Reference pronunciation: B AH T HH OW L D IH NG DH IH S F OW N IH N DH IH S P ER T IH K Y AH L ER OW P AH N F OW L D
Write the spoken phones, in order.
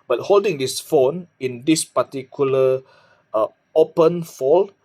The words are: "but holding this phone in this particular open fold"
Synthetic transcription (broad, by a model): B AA T HH OW L D IH NG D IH S F OW N IH N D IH S P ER T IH K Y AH L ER OW P AH N F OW L